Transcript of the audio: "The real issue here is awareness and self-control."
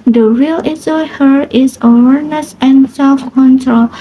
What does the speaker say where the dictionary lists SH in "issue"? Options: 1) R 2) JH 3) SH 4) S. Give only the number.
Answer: 4